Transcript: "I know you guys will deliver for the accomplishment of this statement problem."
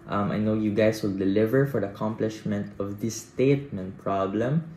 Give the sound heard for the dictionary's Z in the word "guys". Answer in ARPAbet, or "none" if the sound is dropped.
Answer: S